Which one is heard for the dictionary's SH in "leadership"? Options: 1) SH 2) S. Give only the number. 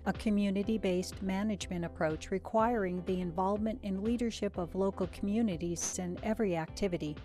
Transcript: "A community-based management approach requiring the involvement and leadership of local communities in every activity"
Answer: 1